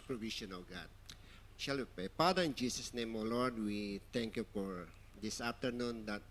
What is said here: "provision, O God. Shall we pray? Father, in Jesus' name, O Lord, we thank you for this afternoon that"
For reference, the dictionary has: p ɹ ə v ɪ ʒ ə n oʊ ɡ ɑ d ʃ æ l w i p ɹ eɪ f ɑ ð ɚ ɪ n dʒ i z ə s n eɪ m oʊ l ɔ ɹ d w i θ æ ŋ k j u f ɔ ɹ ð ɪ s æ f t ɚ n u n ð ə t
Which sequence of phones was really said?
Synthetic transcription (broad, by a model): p ɹ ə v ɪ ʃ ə n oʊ ɡ ɑ d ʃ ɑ l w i p ɹ eɪ p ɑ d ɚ ɪ n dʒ i s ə s n eɪ m oʊ l ɔ ɹ d w i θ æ ŋ k j u f ɔ ɹ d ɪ s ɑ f t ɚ n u n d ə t